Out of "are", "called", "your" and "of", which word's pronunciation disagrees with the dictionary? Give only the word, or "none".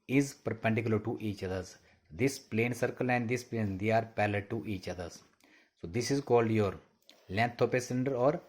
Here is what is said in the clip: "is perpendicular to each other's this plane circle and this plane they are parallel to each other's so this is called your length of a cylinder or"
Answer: of